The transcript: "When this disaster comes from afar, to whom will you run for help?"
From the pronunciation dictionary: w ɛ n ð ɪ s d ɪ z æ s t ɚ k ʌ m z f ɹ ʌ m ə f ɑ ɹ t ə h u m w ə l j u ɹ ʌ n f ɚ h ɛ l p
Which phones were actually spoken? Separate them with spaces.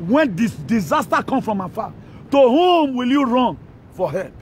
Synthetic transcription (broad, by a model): w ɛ n d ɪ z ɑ s t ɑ k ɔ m f ɹ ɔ m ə f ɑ t ə h u m w ə l j u ɹ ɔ n f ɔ h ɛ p